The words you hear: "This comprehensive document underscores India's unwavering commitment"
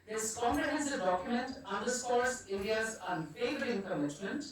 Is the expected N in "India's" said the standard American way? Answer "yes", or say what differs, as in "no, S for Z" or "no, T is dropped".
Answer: no, N is dropped